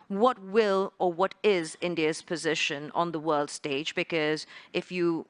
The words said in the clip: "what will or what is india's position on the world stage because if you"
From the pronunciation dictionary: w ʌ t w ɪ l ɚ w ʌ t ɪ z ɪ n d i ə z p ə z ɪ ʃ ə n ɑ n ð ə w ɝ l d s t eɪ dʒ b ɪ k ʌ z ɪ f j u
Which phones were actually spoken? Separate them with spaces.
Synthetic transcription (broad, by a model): w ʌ t w ɪ l ɚ w ʌ t ɪ z ɪ n d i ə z p ə z ɪ ʃ ə n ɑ n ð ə w ɝ l d s t eɪ dʒ b ɪ k ʌ z ɪ f j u